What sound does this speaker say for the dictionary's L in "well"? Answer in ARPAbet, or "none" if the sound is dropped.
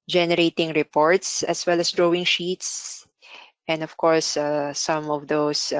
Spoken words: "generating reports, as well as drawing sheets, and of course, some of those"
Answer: L